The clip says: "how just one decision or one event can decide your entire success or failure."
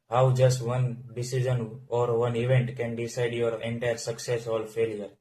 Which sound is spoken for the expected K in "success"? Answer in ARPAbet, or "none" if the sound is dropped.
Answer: K